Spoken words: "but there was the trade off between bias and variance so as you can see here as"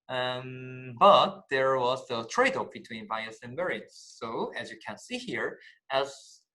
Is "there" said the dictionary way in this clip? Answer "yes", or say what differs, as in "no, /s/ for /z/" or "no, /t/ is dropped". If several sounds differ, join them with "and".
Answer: yes